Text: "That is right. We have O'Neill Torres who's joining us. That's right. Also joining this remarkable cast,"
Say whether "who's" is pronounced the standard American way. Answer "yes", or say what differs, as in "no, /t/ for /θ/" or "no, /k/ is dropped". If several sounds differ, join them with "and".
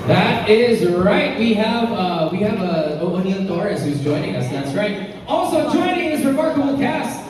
yes